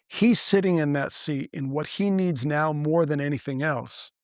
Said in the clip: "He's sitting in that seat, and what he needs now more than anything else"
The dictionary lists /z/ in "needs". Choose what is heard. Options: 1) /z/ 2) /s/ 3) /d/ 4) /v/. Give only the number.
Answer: 1